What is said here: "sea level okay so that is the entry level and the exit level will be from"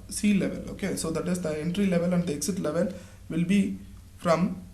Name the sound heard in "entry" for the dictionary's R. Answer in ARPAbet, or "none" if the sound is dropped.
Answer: R